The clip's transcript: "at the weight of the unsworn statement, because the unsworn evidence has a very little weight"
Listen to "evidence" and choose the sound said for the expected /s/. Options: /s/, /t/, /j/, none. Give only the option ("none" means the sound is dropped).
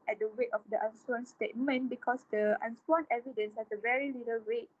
/s/